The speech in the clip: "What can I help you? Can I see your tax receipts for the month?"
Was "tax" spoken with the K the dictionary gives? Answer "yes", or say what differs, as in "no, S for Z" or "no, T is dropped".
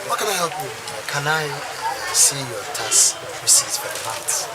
no, K is dropped